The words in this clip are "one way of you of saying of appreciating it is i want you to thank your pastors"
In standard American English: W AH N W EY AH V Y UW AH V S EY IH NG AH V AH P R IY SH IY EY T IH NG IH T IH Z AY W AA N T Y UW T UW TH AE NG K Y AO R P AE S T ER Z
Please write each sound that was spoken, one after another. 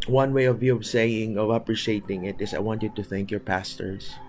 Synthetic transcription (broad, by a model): W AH N W EY AH V Y UW AH V S EY IH NG AH V AH P R IY SH IY EY T IH NG IH T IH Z AY W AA N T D T UW TH AE NG K Y AO R P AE S T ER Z